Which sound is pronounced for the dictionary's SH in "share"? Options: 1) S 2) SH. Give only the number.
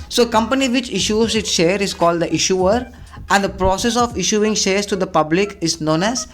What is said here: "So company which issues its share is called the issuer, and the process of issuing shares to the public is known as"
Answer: 2